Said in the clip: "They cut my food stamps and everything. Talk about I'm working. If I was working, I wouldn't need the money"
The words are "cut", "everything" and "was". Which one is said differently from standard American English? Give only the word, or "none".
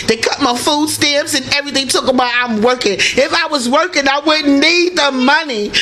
none